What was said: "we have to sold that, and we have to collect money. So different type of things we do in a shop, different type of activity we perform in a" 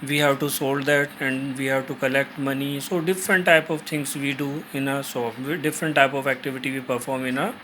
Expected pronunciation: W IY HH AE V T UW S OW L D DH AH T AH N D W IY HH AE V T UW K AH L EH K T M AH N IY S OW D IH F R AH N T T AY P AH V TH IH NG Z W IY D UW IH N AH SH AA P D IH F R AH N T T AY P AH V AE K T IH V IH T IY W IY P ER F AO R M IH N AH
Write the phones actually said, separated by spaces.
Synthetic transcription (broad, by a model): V IY HH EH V T UW S OW L D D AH T AH N D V IY HH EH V T UW K AH L EH K T M AH N IY S OW D IH F R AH N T T AY P AH V T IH NG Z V IY D UW IH N AH S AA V D IH F R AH N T T AY P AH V AE K T IH V IH T IY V IY P ER F AO R M IH N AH